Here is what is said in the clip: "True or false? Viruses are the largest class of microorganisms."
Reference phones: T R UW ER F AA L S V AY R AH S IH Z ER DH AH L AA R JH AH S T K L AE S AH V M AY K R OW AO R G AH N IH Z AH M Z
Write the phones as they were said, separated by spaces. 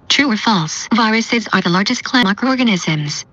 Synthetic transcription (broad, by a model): T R UW ER F AA L S V AY R AH S IH Z ER DH AH L AA R JH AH S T K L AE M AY K R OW AO R G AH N IH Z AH M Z